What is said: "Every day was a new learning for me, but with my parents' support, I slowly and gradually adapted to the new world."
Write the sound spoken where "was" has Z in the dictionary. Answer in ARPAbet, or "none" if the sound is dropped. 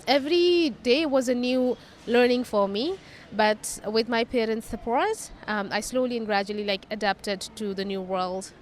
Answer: Z